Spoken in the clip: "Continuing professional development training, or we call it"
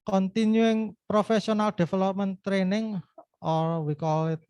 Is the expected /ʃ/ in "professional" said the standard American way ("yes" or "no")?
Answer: no